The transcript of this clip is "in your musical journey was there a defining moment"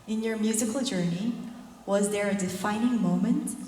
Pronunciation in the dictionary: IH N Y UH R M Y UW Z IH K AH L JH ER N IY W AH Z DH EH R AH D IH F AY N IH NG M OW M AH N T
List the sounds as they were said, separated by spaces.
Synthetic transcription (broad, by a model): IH N Y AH R M Y UW Z IH K AH L JH ER N IY W AH Z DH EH R AH D IH F AY N IH NG M OW M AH N T